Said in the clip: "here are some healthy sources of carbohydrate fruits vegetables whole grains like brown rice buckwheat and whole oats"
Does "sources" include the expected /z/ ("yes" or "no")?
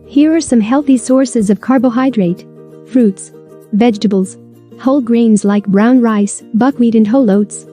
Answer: yes